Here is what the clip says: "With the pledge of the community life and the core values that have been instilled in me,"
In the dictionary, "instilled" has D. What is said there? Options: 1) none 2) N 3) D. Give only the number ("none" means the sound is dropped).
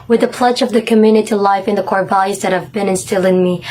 1